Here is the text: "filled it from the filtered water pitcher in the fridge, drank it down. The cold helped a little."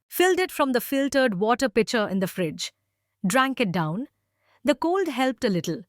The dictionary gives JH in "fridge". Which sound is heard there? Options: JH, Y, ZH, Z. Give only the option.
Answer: JH